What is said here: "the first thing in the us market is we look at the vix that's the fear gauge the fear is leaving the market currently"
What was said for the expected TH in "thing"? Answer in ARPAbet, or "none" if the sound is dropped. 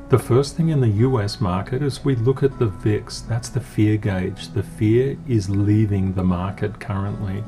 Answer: TH